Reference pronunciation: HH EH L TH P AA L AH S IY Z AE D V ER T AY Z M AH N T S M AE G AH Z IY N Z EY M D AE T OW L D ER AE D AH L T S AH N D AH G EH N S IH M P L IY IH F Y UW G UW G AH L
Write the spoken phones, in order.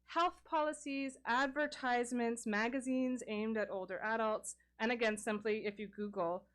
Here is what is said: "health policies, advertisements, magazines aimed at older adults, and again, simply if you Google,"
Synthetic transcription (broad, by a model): HH EH L TH P AA L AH S IY Z AE D V ER T AY Z M AH N T S M AE G AH Z IY N Z EY M D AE T OW L D ER AE D AH L T S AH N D AH G EH N S IH M P L IY IH F Y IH G UW G L